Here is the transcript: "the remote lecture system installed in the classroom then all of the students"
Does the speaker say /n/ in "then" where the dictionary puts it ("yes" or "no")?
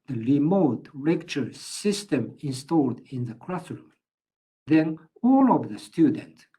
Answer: yes